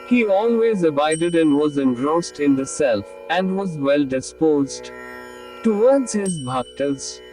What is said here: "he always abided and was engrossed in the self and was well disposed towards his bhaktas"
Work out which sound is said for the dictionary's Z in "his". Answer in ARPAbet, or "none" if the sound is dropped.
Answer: Z